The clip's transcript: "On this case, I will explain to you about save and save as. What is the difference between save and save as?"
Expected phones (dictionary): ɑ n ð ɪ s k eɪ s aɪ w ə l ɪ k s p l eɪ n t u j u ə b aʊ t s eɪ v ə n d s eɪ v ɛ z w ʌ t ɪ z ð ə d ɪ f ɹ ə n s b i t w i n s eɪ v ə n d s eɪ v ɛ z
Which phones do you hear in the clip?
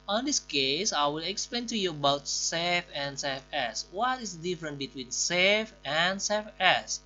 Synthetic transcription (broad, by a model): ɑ n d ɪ s k eɪ s aɪ w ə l ɪ k s p l eɪ n t u j u ə b aʊ t s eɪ f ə n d s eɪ f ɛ s w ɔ t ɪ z d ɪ f ɹ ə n b i t w i n s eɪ f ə n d s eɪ f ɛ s